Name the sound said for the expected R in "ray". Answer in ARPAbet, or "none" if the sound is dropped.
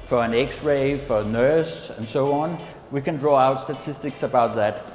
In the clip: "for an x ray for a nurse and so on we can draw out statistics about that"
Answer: R